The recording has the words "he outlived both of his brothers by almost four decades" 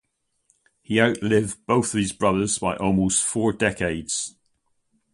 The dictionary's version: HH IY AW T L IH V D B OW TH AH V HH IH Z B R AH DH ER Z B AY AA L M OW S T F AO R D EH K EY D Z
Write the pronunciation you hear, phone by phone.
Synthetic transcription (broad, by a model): HH IY AW T L IH V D B OW TH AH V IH Z B R AH DH ER Z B AY AA L M OW S T F AO R D EH K EY D Z